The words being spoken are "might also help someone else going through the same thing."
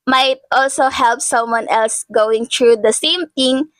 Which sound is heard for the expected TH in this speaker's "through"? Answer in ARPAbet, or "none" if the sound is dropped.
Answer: T